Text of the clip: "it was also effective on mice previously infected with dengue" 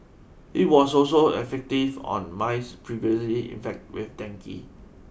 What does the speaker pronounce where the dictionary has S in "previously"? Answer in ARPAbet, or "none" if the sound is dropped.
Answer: S